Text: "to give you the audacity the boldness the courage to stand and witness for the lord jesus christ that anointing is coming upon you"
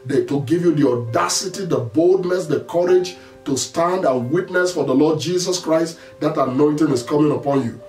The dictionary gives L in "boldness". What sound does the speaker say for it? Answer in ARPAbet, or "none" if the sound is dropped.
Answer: L